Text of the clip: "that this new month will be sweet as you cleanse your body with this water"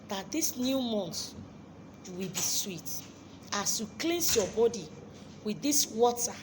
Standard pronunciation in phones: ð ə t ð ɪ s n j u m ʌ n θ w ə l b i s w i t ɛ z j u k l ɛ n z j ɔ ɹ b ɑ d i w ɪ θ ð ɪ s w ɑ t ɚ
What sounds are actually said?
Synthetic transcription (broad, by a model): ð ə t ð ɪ s n j u m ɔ n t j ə w b i s w i t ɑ s j u k l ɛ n s j ɔ b ɑ d i w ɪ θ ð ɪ s w ɑ t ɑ